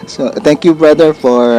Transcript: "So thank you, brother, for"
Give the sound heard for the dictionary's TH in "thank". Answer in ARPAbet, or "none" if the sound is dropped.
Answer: T